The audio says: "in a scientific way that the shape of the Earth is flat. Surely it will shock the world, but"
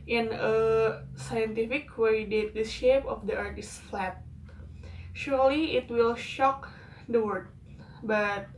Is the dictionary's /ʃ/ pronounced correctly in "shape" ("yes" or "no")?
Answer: yes